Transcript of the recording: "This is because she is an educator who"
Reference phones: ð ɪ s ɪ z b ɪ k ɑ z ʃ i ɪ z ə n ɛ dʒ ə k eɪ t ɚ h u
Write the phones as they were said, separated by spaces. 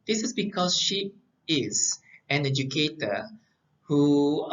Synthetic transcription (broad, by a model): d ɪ s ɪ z b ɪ k ɑ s ʃ i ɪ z ə n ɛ dʒ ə k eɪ t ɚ h u